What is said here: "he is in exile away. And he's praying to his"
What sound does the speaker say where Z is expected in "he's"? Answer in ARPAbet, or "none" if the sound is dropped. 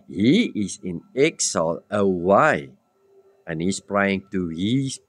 S